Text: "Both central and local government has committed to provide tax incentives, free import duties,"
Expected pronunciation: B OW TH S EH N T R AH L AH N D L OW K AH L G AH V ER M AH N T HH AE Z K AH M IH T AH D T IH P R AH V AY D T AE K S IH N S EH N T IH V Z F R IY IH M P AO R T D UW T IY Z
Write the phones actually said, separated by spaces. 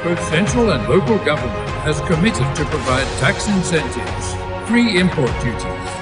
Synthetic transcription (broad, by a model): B OW TH S EH N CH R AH L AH N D L OW K AH L G AH V ER M AH N T HH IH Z K AH M IH T AH D T IH P R AH V AY D T AE K S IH N S EH N T IH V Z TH R IY IH M P AO R T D UW T IY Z